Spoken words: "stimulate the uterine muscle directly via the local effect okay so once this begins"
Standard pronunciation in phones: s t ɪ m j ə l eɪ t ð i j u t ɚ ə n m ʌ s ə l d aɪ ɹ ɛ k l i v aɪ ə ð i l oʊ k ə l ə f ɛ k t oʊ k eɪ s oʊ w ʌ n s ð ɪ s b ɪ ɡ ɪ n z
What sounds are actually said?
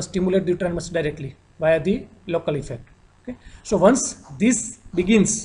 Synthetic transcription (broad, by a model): s t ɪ m j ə l eɪ t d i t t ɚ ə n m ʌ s d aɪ ɹ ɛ k l i v aɪ ə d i l oʊ k ə l ə f ɛ k t oʊ k eɪ s oʊ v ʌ n s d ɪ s b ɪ ɡ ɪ n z